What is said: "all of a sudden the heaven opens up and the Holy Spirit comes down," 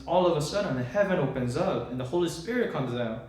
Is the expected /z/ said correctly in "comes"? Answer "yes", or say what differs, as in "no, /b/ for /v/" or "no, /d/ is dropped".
yes